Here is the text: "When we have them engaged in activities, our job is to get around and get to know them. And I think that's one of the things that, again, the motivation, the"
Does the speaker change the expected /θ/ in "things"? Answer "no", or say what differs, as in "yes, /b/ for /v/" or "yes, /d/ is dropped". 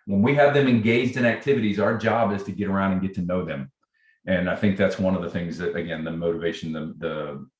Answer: no